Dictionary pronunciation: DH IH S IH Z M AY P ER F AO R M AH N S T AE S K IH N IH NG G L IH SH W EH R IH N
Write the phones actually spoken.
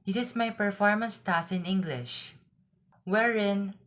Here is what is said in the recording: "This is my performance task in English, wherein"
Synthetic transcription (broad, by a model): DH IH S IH S M AY P ER F AO R M AH N S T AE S IH N IH NG G L IH SH W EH R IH N